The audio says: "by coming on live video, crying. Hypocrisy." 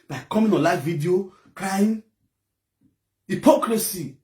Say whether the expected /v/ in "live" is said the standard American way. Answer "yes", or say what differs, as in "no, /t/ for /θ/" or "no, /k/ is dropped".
no, /f/ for /v/